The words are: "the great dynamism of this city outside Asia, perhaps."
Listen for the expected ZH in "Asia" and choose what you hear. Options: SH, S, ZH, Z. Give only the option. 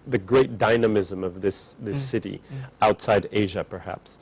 ZH